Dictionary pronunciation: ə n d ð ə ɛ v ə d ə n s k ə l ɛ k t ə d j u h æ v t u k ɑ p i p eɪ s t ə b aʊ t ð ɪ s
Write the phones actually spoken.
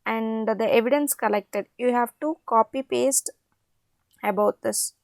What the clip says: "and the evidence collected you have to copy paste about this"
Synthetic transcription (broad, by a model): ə n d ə ɛ v ə d ə n s k ə l ɛ k t ə d j u h æ v t u k ɑ p i p eɪ s t ə b aʊ t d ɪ s